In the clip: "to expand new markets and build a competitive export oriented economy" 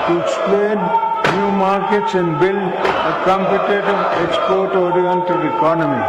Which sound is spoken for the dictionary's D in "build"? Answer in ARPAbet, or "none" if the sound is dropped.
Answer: none